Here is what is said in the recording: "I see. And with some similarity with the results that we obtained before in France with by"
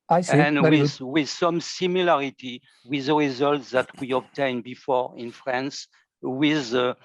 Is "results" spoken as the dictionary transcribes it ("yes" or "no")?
yes